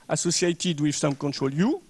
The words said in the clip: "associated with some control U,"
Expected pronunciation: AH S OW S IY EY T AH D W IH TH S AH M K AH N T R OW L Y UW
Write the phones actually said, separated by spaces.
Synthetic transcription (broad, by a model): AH S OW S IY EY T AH D W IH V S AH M K AH N T R OW L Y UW